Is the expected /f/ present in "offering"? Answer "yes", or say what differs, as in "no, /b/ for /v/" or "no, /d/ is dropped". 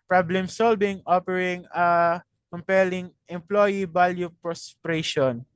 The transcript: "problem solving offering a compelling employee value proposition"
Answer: no, /p/ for /f/